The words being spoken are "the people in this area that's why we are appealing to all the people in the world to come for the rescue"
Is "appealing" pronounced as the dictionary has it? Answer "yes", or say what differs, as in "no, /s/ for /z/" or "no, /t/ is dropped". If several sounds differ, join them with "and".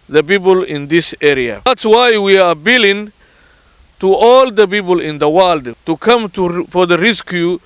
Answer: no, /b/ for /p/